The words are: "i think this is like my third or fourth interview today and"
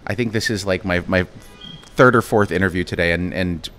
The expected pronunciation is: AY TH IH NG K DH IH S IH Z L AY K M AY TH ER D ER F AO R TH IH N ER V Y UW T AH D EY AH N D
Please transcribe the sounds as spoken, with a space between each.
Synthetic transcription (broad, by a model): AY TH IH NG K DH IH S IH Z L AY K M AY TH ER D ER F AO R TH IH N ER V Y UW T AH D EY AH N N